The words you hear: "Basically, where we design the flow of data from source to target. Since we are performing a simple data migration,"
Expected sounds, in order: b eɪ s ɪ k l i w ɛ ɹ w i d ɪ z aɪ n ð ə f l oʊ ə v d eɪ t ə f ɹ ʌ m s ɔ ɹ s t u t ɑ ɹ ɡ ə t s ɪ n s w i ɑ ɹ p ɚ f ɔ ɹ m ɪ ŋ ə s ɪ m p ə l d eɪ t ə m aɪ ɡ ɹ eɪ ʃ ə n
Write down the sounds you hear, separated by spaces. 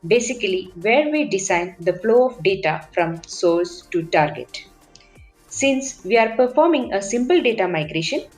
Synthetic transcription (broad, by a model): b eɪ s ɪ k l i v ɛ ɹ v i d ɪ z aɪ n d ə f l oʊ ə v d eɪ t ə f ɹ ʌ m s ɔ l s t u t ɑ ɹ ɡ ə t s ɪ n s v i ɑ ɹ p ɚ f ɔ ɹ m ɪ ŋ ə s ɪ m p ə l d eɪ t ə m aɪ ɡ ɹ eɪ ʃ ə n